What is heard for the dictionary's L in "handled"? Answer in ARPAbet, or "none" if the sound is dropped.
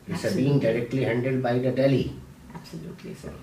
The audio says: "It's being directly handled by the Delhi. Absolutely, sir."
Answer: none